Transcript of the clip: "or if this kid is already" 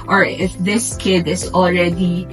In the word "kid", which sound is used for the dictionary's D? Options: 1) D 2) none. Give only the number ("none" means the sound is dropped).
1